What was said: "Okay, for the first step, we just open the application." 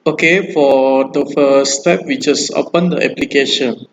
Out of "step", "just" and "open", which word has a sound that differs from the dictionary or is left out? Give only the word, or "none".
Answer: just